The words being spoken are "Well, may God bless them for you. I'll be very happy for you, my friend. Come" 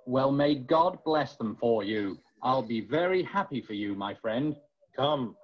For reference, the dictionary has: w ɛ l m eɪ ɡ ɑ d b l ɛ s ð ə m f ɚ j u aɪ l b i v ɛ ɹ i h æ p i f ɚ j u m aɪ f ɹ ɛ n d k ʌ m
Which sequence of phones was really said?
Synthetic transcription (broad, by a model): w ɛ l m eɪ ɡ ɑ d b l ɛ s ð ə m f ɚ j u aɪ l b i v ɛ ɹ i h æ p i f ɚ j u m aɪ f ɹ ɛ n d k ʌ m